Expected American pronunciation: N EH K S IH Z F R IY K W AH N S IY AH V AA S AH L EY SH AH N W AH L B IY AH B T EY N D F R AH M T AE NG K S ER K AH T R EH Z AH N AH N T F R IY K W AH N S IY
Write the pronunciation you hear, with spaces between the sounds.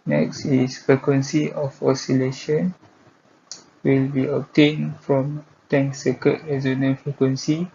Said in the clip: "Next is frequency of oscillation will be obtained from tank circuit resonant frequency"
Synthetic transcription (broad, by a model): N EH K S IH S F R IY K W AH N S IY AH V AA S AH L EY SH AH N W AH L B IY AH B T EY N F R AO M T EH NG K S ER K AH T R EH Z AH N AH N F R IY K W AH N S IY